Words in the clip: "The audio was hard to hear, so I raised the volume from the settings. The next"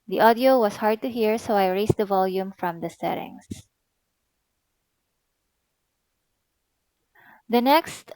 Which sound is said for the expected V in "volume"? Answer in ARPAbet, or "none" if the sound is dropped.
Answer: V